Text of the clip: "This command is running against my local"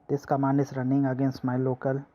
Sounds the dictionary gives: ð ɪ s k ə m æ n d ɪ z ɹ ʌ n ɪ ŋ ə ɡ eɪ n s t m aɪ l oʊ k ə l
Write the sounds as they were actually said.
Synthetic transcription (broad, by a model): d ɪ s k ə m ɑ n ɪ s ɹ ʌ n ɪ ŋ ə ɡ eɪ n s t m aɪ l oʊ k ə l